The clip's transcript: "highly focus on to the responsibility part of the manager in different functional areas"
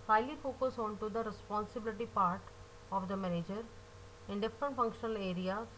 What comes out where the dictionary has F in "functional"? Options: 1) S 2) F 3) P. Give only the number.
2